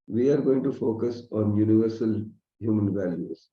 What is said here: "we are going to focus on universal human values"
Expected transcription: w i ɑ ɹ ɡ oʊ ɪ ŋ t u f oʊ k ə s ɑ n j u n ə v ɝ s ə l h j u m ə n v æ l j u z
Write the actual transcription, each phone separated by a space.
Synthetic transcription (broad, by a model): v i ɑ ɹ ɡ oʊ ɪ ŋ t u f oʊ k ə s ɑ n j u n ə v ɝ s ə l h j u m ə n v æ l j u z